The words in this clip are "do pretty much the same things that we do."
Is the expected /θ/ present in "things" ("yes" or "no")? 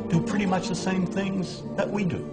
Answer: yes